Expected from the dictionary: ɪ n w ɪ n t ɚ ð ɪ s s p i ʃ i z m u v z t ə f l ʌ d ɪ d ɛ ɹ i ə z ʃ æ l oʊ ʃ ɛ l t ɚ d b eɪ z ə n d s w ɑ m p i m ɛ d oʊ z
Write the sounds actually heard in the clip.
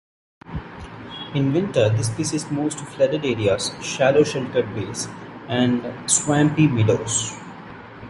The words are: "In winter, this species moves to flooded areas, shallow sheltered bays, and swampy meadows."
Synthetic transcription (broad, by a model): ɪ n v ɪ n t ɚ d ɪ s s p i s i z m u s t f l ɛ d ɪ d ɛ ɹ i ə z ʃ æ l oʊ ʃ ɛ l t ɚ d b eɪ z ə n d s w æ m p i m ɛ d oʊ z